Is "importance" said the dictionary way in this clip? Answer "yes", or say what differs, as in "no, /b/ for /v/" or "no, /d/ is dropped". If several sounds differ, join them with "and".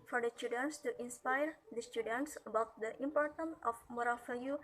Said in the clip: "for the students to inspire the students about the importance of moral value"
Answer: no, /s/ is dropped